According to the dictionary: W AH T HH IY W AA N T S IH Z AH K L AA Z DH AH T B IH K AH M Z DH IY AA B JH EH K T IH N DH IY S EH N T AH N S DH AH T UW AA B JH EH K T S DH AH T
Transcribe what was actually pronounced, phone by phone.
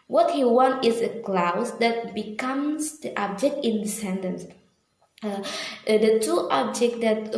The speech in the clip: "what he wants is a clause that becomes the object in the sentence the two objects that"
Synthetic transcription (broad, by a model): W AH T HH IY W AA N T IH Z AH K L AA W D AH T B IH K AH M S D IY AA B JH EH K T IH N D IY S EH N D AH N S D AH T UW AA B JH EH K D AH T